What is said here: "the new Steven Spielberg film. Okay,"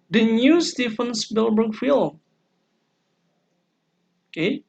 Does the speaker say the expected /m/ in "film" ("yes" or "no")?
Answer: no